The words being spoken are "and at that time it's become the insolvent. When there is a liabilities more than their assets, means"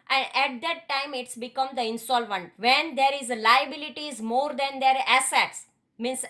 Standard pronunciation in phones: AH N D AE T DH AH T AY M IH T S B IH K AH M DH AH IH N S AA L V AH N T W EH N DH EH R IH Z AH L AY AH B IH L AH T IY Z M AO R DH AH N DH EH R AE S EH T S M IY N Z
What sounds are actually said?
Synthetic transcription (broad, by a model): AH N D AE T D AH T AY M IH T S B IH K AH M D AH IH N S AA L V AH N T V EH N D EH R IH Z L AY AH B IH L AH T IY Z M AO R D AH N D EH R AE S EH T S M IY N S